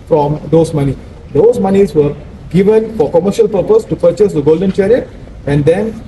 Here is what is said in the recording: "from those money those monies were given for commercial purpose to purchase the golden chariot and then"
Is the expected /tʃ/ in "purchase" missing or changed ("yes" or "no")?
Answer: no